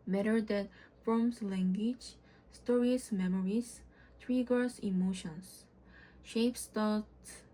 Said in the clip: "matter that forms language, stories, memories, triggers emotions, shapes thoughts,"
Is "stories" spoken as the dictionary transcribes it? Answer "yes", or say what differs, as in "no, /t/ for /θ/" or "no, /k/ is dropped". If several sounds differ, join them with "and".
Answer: no, /s/ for /z/